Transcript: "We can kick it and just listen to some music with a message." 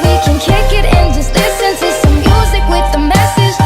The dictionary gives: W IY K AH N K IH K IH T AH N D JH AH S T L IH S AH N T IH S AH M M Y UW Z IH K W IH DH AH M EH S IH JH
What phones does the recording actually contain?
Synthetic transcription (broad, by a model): W IY K AH N K IH K IH T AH N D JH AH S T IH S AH N S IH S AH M M Y UW Z IH K W IH DH AH M EH S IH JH